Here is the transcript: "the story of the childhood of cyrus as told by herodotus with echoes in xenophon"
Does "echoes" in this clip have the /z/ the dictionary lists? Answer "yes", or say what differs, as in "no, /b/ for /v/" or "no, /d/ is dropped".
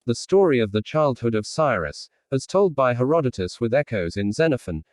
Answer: yes